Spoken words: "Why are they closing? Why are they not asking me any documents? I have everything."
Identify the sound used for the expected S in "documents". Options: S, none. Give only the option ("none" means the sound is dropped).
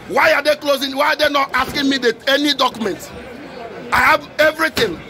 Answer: none